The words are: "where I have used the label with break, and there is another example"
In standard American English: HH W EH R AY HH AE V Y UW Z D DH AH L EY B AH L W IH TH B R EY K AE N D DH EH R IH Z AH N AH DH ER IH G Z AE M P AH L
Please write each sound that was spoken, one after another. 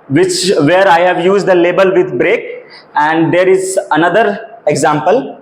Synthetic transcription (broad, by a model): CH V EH R AY HH AE V Y UW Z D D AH L EY B AH L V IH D B R EY K AE N D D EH R IH Z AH N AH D ER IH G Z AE M P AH L